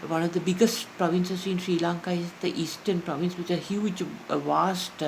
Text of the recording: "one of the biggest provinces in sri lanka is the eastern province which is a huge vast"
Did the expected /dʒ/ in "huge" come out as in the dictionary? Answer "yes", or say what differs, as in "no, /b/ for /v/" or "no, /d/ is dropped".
no, /tʃ/ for /dʒ/